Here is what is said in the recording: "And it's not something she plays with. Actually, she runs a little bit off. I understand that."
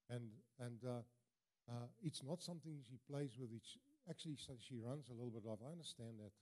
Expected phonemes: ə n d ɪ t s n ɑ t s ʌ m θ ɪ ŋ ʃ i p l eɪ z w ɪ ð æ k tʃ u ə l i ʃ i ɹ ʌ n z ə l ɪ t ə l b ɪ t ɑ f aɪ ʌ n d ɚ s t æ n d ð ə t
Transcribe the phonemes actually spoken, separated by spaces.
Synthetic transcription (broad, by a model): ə n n ɪ t s n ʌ t s ʌ m θ ɪ ŋ ʃ i p l eɪ z w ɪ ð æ k tʃ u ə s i ʃ i ɹ ʌ n z ə l ɪ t l b ɪ t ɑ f aɪ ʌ n d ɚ s t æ n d ð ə t